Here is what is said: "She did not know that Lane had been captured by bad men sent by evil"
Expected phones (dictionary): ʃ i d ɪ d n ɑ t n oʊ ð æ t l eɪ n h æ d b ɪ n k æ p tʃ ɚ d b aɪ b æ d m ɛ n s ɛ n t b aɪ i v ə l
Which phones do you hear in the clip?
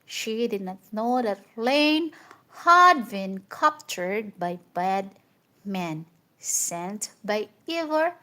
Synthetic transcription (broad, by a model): ʃ i d ɪ d n ɑ t n oʊ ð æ t l eɪ n h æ d b ɪ n k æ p tʃ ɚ d b aɪ b æ d m ɛ n s ɛ n t b aɪ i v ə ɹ